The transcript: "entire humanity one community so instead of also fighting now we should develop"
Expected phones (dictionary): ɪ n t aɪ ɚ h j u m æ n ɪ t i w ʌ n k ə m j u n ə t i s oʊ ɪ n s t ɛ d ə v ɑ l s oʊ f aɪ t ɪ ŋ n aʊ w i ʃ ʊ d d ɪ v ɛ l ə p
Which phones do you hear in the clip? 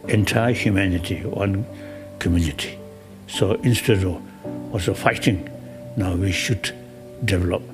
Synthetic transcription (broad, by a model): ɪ n t aɪ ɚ h j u m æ n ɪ t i w ʌ n k ə m j u n ə t i s oʊ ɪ n s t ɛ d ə w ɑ s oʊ f aɪ t ɪ ŋ n aʊ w i ʃ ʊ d d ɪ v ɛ l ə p